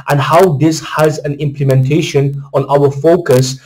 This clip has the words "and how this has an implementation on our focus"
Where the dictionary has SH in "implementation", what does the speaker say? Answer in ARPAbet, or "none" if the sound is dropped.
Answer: SH